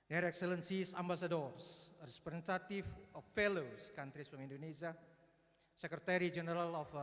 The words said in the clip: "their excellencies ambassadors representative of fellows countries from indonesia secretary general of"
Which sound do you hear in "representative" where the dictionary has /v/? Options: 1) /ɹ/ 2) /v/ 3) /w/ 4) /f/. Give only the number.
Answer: 4